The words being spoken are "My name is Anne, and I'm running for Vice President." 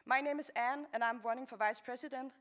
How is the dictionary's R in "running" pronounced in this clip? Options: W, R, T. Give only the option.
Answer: W